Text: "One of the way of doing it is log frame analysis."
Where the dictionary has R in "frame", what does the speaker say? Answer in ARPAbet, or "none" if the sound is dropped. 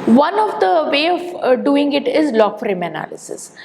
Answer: R